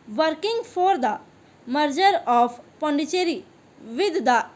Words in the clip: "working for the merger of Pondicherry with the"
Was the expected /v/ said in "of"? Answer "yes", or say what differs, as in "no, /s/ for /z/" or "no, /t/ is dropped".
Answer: no, /p/ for /v/